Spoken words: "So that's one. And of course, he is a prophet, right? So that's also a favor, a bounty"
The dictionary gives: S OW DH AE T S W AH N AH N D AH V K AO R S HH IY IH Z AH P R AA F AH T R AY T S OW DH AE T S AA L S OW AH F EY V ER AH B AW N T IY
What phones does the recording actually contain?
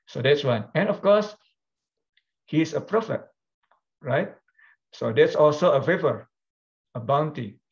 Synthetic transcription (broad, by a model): S OW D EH T S W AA N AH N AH F K AO S HH IY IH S AH P R AA F AH T R AY T S OW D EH T S AA L S OW AH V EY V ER AH B AW N T IY